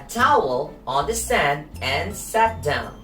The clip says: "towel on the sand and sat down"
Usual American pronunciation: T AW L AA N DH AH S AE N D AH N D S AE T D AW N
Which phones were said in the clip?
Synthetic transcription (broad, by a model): T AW L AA N DH AH S AE N D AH N S AE T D AW N